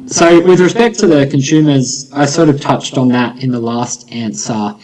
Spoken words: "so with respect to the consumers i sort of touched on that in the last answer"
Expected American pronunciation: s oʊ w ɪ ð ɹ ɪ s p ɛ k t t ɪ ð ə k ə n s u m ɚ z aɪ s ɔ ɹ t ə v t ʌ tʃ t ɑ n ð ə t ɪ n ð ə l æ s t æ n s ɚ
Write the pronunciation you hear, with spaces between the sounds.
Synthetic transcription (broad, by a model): s oʊ w ɪ ð ɹ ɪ s p ɛ k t t ɪ ð ə k ə n s u m ɚ z aɪ s ɔ ɹ t ə v t ʌ tʃ t n ð ə t ɪ n ð ə l æ s t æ n s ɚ